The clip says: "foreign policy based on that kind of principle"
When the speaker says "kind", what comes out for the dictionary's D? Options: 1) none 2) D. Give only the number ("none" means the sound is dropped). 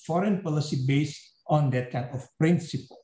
1